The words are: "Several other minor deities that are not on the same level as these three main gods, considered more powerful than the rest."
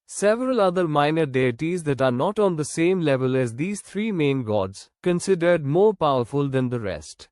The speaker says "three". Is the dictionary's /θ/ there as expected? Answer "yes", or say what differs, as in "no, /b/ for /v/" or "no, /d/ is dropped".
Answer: no, /t/ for /θ/